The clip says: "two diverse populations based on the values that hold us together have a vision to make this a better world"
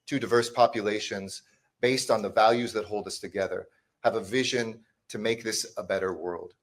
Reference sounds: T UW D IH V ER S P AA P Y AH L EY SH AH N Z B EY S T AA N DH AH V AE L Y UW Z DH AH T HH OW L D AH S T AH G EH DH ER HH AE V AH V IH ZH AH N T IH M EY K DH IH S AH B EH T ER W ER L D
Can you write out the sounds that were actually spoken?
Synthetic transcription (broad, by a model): T UW D IH V ER S P AA P Y AH L EY SH AH N Z B EY S T N DH AH V AE L Y UW Z DH AH T HH OW L D AH S T AH G EH DH ER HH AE V AH V IH ZH AH N T IH M EY K DH IH S AH B EH T ER W ER L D